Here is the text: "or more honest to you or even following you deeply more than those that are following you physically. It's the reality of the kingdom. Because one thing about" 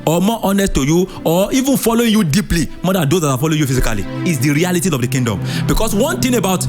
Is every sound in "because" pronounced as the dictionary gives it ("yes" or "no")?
no